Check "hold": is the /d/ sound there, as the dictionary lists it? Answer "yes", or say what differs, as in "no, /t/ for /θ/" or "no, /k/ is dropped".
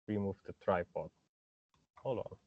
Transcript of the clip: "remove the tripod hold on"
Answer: no, /d/ is dropped